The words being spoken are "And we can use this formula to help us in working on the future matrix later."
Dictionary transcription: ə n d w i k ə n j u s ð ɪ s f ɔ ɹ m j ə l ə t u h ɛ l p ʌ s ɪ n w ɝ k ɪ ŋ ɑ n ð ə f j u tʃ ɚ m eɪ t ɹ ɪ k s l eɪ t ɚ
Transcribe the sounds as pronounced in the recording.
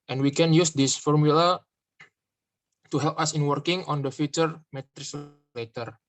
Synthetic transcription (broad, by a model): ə n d w i k ə n j u s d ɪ s f ɔ ɹ m j ə l ə t u h ɛ l p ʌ s ɪ n w ɝ k ɪ ŋ ɑ n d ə f j u tʃ ɚ m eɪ t ɹ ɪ s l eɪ t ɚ